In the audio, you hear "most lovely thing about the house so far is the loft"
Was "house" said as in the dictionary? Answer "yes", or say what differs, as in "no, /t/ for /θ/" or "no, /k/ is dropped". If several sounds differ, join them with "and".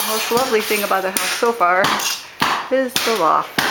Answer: no, /θ/ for /s/